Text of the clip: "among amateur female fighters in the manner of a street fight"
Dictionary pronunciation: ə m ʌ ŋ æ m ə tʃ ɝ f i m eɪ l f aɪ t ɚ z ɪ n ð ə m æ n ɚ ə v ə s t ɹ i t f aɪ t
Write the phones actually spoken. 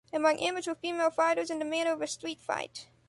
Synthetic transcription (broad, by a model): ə m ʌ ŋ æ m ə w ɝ f i m eɪ l f aɪ t ɚ z ɪ n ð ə m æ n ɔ ə v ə s t ɹ i t f aɪ t